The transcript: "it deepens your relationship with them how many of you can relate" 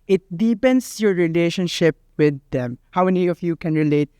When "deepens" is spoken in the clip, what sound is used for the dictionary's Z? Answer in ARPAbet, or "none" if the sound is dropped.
S